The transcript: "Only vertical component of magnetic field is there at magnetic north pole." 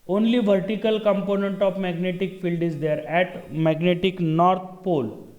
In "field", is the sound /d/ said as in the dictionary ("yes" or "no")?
yes